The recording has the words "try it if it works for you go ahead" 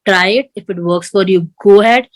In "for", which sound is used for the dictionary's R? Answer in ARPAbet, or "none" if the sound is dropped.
R